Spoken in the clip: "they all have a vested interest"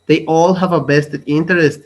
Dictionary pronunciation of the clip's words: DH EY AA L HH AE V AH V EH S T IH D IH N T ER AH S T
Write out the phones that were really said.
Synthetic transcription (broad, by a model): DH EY AA L HH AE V AH B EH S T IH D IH N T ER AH S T